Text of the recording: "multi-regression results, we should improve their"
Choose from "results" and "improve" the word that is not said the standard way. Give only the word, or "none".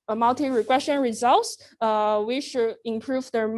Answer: none